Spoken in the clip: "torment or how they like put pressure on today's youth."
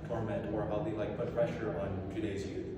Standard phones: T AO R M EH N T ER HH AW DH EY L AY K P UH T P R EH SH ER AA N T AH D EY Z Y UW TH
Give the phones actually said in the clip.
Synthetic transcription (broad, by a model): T AO R M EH N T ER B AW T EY L AY K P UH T F R EH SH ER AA N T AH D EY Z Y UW